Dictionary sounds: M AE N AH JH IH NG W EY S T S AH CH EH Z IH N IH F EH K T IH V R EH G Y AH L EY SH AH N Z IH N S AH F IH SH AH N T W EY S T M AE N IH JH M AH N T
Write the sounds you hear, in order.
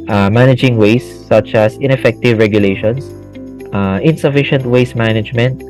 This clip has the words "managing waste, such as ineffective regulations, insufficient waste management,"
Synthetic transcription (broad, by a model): M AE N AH JH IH NG W EY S S AH CH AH S IH N IH F EH K T IH V R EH G Y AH L EY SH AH N S IH N S AH F IH SH AH N T W EY S M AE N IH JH M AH N T